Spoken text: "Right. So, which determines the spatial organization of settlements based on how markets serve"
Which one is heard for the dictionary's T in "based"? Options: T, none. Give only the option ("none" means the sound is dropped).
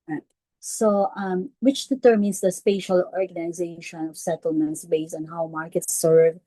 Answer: none